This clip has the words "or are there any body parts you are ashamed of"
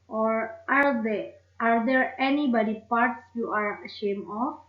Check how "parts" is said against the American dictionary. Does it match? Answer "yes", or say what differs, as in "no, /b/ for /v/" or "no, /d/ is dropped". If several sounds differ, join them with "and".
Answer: yes